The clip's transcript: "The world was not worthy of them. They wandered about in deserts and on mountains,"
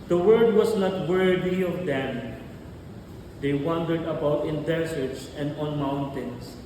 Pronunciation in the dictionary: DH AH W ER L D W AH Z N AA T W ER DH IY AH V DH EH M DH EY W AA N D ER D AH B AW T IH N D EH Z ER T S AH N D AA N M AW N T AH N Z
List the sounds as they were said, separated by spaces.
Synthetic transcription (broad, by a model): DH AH W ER D W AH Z N AA T W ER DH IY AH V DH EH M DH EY W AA N D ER D AH B AW T IH N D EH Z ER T S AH N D AA N M AW N T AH N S